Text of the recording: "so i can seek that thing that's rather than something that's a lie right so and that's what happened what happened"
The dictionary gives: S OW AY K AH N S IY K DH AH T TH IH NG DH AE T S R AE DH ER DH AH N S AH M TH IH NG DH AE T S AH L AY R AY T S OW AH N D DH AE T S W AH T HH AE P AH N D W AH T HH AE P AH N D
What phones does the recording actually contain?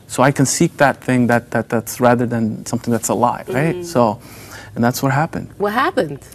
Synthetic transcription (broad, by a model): S OW AY K AH N S IY K DH AH T TH IH NG DH AE T S R AE DH ER DH AH N S AH M TH IH NG DH AE T S AH L AY R AY T S OW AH N DH AE T S W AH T HH AE P AH N D W AH T HH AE P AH N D